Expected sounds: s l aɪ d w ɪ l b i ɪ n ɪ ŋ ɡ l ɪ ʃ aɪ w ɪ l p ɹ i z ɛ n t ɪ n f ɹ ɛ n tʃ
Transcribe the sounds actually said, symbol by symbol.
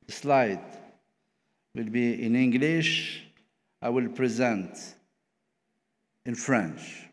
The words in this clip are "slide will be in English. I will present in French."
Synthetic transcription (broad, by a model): s l aɪ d w ɪ l b i ɪ n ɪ ŋ ɡ l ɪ ʃ aɪ w ɪ l p ɹ i z ɛ n t ɪ n f ɹ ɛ n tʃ